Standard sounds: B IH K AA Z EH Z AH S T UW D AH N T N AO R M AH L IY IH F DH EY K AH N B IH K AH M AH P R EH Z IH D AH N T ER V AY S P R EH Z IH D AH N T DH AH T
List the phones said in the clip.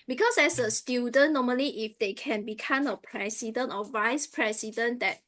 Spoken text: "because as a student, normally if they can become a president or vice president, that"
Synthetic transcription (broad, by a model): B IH K AA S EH S AH S T UW D AH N N AO M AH L IY IH F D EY K AH N B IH K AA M AH P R EH S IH D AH N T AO V AY S P R EH S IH D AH N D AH T